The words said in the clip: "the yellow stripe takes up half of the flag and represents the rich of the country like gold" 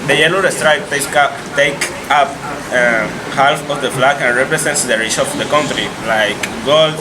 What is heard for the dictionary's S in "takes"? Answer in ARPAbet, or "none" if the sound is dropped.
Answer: none